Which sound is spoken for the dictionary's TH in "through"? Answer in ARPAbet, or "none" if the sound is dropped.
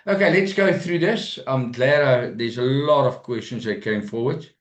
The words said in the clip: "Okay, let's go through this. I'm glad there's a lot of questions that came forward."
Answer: TH